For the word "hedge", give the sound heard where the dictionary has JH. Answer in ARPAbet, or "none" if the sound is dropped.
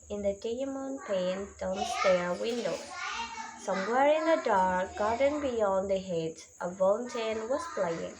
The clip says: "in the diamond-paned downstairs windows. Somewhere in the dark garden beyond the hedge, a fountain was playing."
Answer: Z